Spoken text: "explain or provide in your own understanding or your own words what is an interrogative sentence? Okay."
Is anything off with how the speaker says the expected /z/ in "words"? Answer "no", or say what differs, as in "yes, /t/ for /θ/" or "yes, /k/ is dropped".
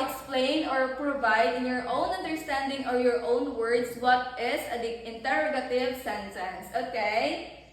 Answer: yes, /s/ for /z/